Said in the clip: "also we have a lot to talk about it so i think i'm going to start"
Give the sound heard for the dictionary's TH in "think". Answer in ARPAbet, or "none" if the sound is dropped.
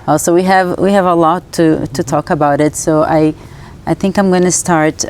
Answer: TH